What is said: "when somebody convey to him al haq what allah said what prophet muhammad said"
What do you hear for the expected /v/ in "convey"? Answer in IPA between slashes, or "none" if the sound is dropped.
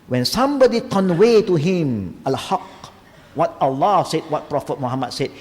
/w/